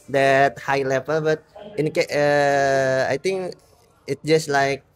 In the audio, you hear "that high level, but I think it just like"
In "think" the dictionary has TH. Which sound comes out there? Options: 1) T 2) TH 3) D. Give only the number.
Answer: 1